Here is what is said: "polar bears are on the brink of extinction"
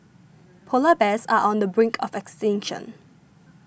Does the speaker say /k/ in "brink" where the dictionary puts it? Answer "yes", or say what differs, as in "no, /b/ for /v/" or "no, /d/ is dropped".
yes